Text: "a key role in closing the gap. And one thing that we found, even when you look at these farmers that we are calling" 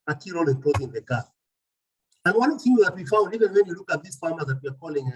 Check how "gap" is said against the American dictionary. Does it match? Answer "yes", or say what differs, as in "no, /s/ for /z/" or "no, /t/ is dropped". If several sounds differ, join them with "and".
no, /p/ is dropped